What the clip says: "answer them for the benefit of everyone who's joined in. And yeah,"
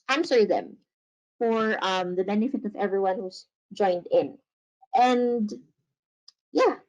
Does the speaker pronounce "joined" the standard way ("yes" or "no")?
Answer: yes